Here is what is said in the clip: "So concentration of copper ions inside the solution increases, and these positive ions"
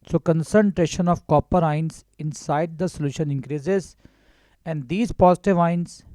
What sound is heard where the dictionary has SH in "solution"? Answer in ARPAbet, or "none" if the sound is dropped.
SH